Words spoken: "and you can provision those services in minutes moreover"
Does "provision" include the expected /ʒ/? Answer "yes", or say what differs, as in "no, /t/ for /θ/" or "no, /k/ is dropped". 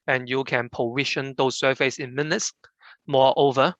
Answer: no, /ʃ/ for /ʒ/